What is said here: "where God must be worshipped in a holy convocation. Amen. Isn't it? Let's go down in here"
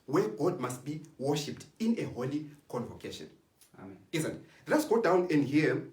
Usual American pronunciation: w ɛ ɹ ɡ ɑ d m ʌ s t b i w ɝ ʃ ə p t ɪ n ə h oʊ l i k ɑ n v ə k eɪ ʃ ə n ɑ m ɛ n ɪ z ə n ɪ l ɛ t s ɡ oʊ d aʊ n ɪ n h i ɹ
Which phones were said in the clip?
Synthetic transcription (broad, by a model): w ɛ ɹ ɡ ɑ d m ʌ s t b i w ɝ ʃ ə p t ɪ n ə h oʊ l i k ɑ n v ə k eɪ ʃ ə n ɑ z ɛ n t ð ɪ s ɡ oʊ d aʊ n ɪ n h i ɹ